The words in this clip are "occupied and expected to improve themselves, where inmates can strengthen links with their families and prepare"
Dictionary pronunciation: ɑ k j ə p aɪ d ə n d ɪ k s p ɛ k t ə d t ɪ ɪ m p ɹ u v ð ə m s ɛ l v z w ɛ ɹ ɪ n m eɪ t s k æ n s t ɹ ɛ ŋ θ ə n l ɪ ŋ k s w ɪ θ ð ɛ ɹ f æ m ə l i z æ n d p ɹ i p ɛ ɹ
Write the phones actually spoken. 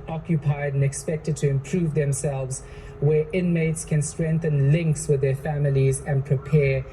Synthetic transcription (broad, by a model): ɑ k j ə p aɪ d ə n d ɪ k s p ɛ k t ə d t ɪ ɪ m p ɹ u v ð ə m s ɛ l v z w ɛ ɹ ɪ n m eɪ t s k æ n s t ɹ ɛ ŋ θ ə n l ɪ ŋ k s w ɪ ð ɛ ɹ f æ m ə l i z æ n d p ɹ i p ɛ